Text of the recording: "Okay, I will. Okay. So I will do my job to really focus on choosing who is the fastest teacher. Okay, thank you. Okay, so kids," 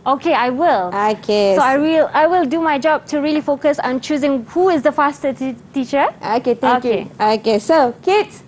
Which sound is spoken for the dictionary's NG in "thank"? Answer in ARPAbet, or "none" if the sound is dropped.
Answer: none